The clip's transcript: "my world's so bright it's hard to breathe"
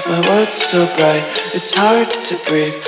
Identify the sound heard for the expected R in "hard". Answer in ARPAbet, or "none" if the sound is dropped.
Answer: R